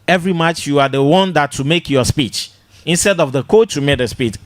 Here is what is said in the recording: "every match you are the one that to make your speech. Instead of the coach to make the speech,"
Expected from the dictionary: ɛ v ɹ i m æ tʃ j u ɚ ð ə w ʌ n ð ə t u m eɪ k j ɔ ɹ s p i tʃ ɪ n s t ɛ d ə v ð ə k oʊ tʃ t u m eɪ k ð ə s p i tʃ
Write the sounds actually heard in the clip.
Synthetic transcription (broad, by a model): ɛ v ɹ i m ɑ tʃ j u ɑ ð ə w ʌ n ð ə t u m eɪ k j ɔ s p i tʃ ɪ n s t ɛ d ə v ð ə k oʊ tʃ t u m eɪ k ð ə s p i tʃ